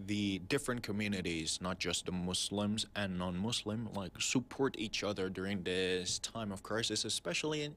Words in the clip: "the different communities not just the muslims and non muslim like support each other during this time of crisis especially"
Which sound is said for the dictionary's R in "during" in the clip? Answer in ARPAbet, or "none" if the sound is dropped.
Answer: R